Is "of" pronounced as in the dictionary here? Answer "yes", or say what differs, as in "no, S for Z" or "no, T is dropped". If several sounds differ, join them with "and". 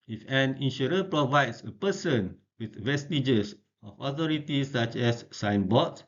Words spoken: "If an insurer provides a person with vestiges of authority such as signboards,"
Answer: no, F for V